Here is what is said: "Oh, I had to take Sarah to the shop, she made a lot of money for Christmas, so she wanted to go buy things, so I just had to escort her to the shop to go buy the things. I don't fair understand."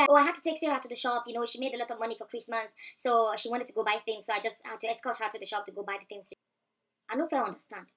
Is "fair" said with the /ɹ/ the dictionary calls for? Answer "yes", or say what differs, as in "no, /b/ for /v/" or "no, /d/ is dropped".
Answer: no, /l/ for /ɹ/